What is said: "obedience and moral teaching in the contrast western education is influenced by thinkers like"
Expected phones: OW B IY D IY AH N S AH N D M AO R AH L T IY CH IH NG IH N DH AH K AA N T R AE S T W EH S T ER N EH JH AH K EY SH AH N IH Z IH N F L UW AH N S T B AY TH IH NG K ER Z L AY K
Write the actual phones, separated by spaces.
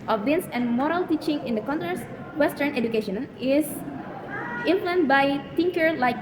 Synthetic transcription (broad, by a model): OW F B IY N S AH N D M AO R AH L T IY CH IH NG IH N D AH K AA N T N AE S W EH S T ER N EH JH AH K EY SH AH N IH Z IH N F L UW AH N T B AY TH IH NG K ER L AY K